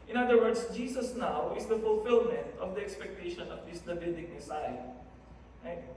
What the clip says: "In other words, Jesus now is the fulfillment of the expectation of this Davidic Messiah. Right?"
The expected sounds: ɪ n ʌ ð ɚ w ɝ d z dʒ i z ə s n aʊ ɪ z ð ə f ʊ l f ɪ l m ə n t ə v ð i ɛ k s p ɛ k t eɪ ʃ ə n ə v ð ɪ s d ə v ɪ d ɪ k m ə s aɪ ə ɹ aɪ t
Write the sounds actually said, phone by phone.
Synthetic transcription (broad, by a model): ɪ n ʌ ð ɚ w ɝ d s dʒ i s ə s n aʊ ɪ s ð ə f ʊ l f ɪ l m ə n t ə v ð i ɛ k s p ɛ k t eɪ ʃ ə n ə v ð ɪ s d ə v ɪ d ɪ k m ə s aɪ ə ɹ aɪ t